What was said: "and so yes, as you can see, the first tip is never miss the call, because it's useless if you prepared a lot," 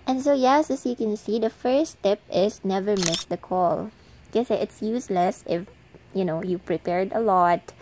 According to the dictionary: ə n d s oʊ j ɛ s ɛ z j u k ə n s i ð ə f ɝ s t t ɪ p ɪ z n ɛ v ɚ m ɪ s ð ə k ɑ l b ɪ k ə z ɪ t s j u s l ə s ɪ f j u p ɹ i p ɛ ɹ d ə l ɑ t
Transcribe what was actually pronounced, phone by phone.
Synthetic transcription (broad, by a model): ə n s oʊ j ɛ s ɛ s j u k ə n s i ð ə f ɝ s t t ɪ p ɪ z n ɛ v ɚ m ɪ s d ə k ɑ l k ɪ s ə ɪ t s j u s l ə s ɪ f j u p ɹ i p ɛ ɹ d ə l ɑ t